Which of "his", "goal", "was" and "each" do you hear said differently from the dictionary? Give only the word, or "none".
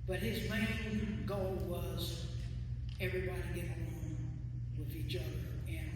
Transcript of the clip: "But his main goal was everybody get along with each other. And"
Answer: none